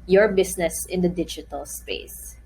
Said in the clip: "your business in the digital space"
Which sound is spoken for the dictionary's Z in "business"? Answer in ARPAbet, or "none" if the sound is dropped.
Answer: S